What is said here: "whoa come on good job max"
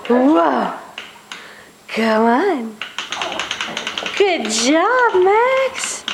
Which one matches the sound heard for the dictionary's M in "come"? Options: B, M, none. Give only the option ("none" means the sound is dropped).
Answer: none